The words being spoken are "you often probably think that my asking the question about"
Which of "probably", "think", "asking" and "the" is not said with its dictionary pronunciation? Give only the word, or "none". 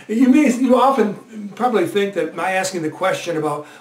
none